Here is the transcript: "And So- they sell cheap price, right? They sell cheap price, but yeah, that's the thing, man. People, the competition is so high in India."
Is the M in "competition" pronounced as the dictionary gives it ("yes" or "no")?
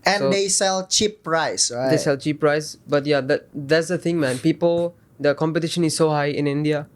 yes